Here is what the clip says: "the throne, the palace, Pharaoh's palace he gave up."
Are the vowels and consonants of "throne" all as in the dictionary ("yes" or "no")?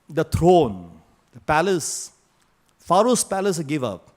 no